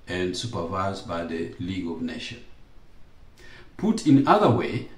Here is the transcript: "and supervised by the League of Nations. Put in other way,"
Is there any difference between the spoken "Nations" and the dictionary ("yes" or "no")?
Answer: yes